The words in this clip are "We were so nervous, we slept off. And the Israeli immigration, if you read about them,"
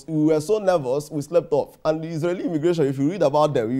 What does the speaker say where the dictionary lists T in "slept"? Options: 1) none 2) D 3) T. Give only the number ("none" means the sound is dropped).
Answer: 3